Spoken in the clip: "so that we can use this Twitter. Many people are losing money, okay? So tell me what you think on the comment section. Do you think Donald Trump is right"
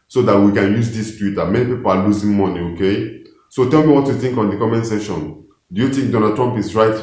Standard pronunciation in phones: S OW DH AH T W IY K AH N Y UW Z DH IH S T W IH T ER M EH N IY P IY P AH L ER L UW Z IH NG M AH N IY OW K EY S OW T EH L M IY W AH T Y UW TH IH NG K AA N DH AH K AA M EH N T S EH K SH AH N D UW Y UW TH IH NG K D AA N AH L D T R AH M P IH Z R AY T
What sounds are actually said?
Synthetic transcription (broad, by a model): S OW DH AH T W IY K AH N Y UW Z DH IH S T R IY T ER M EH N IY P IY P AH L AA L UW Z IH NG M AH N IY OW K EY S OW T EH L M IY W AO T Y UW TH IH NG K AA N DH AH K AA M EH N S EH SH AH N D UW Y UW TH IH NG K D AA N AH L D T R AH M P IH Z R AY T